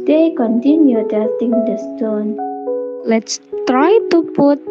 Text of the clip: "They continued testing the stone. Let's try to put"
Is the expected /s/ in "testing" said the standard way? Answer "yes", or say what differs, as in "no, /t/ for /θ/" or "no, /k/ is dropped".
no, /s/ is dropped